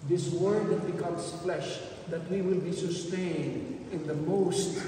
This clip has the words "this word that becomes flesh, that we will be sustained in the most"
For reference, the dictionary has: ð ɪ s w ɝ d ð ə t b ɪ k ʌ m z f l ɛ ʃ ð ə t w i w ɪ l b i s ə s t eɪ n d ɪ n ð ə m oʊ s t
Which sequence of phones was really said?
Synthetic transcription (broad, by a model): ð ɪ s w ɝ d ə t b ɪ k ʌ m s f l ɛ ʃ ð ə t w i w ɪ l b i s ə s t eɪ n d ɪ n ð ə m oʊ s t